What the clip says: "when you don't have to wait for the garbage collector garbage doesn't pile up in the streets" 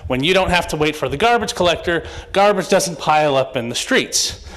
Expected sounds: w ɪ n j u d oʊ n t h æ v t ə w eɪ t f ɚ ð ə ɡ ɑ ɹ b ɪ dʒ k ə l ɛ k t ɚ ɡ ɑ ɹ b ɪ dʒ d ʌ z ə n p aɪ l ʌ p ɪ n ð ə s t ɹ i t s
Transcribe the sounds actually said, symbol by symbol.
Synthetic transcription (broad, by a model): w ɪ n j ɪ d oʊ n t h æ f t ə w eɪ t f ɚ ð ə ɡ ɑ ɹ b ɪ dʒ k ə l ɛ k t ɚ ɡ ɑ ɹ b ɪ dʒ d ʌ z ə n p aɪ l ʌ p ɪ n ð ə s t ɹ i t s